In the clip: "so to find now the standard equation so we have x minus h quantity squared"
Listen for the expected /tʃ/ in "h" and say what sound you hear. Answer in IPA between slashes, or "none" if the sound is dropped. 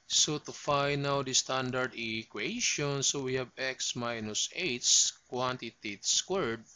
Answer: /s/